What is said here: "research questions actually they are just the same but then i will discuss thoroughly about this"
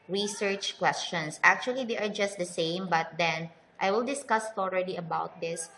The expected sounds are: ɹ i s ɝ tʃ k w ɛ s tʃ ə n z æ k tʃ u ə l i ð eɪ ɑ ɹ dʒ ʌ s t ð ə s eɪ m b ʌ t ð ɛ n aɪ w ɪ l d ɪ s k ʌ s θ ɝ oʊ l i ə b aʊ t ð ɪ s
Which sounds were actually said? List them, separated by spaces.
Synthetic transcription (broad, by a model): ɹ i s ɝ tʃ k w ɛ s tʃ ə n s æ k tʃ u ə l i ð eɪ ɑ ɹ dʒ ʌ s t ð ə s eɪ m b ʌ t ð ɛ n aɪ w ɪ l d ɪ s k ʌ s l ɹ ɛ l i ə b aʊ t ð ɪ s